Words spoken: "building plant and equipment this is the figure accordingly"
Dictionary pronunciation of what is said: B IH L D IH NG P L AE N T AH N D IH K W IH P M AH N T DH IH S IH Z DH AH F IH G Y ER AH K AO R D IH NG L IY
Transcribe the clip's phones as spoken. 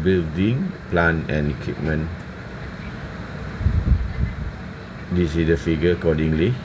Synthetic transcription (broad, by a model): B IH L D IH NG P L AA N AH N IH K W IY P M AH N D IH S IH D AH F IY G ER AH K AO D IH NG L IY